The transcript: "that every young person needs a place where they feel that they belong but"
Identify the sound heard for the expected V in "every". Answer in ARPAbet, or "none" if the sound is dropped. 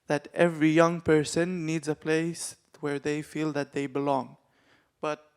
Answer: V